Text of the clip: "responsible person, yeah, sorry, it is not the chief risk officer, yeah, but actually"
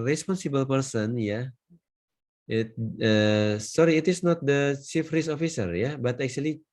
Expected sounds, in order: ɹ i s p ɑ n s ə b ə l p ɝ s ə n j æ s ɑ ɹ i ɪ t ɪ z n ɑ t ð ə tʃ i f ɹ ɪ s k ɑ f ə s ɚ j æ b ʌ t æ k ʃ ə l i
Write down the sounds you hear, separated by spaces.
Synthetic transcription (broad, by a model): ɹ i s p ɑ n s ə b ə l p ɝ s ə n j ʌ s ɑ ɹ i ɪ t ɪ s n ɑ t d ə tʃ i f ɹ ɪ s ɑ f ə s ɚ j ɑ b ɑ t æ k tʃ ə l i